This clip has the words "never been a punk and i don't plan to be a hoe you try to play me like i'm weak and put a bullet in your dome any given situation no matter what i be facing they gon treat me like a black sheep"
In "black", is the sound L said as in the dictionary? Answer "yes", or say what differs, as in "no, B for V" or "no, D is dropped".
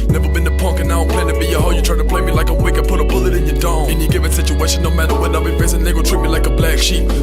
yes